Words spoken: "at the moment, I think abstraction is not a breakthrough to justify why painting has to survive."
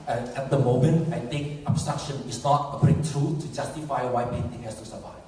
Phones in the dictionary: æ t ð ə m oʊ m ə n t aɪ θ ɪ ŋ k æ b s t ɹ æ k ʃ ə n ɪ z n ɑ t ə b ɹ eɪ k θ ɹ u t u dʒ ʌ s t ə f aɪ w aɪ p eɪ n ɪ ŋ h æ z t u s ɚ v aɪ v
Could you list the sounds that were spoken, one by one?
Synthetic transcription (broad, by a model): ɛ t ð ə m oʊ m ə n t aɪ t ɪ ŋ k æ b s t ɹ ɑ k ʃ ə n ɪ s n ɑ t ə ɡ ɹ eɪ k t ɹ u t u dʒ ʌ s t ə f aɪ w aɪ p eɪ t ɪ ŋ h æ s t u s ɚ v aɪ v